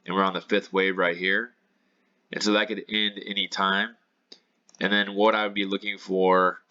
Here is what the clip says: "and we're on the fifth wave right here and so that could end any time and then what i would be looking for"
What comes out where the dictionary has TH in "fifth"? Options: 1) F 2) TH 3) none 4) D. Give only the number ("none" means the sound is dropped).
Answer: 2